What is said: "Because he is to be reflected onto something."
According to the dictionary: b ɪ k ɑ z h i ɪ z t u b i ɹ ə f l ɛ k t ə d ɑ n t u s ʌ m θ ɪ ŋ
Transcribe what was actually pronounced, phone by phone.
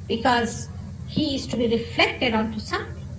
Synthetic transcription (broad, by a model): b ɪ k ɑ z h i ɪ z t u b i ɹ ə f l ɛ k t ə d ɑ n t u s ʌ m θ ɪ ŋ